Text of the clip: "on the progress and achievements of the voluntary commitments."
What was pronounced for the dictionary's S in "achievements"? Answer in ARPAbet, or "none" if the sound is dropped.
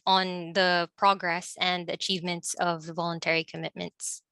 S